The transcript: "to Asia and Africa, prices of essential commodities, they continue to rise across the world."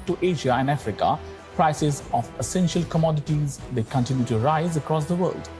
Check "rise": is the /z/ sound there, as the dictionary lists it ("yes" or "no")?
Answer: yes